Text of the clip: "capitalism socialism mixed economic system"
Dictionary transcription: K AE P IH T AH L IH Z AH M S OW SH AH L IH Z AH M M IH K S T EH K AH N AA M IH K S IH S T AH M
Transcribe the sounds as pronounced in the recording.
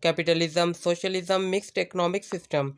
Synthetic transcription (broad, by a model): K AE P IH T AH L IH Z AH M S OW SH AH L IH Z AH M M IH K S T EH K AH N AA M IH K S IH S T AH M